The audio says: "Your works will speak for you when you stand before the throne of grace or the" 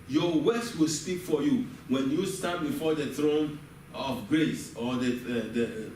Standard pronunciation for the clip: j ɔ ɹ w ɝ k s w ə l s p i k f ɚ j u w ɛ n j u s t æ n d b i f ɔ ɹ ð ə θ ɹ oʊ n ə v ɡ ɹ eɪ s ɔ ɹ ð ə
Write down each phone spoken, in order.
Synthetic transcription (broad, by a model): j ɔ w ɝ s w ə l s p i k f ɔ j u w ɛ n j u s t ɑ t b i f ɔ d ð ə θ ɹ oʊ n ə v ɡ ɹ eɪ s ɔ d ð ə